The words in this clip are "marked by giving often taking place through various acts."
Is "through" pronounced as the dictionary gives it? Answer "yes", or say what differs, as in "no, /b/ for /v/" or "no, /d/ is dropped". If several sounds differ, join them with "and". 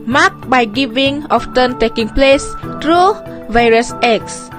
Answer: no, /t/ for /θ/